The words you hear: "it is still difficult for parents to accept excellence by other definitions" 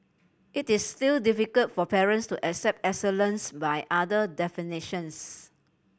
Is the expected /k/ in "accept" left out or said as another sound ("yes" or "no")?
no